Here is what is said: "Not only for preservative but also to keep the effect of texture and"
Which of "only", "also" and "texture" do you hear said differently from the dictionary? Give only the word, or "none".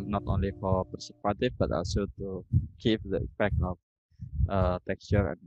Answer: none